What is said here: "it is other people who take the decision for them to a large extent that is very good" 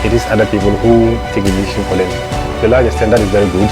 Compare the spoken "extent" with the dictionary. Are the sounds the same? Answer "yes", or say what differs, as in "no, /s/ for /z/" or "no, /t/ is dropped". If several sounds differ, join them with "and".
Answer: no, /k/ is dropped